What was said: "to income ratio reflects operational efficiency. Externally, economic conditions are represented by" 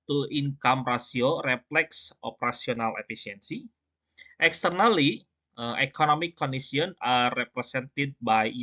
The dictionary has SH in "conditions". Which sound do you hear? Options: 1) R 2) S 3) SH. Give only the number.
2